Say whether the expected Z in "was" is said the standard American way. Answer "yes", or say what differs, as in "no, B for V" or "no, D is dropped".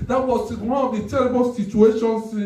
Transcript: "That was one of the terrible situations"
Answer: no, S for Z